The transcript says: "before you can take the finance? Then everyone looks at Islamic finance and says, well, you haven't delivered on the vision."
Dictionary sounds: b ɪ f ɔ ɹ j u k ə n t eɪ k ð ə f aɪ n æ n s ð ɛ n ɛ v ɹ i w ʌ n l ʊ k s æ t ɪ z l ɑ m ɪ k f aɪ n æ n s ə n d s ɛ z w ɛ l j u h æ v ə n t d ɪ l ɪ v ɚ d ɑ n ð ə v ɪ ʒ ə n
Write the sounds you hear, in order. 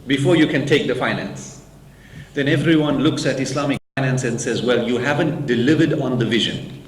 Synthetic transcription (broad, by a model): b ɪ f ɔ ɹ j u k ə n t eɪ k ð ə f aɪ n æ n s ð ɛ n ɛ v ɹ i w ʌ n l ʊ k s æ t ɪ s l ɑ m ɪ k f aɪ n æ n s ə n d s ɛ z w ɛ l j u h æ v ə n t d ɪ l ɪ v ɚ d ɑ n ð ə v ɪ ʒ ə n